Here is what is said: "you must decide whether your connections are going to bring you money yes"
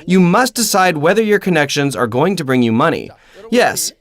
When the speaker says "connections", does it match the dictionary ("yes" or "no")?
yes